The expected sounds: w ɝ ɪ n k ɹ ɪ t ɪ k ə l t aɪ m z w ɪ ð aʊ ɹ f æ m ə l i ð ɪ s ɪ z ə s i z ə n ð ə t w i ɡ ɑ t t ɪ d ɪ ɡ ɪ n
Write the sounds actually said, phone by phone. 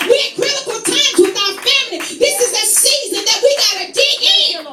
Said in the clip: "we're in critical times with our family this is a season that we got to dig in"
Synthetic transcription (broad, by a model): w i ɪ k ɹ ɪ t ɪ k l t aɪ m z w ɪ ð aʊ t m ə n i ð ɪ s ɪ z ə s i z ə n ð ə t w i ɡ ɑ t t ɪ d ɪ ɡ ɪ